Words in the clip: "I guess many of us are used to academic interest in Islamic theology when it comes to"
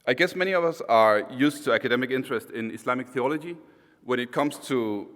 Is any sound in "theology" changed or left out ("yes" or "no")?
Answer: no